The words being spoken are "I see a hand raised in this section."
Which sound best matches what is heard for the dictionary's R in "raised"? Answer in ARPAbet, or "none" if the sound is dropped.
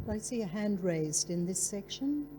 R